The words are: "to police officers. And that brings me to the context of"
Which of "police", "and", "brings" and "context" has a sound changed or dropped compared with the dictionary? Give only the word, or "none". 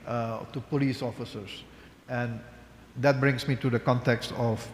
brings